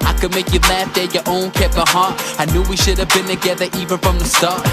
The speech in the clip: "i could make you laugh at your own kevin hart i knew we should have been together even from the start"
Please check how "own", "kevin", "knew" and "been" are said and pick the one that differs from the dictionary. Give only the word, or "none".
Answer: kevin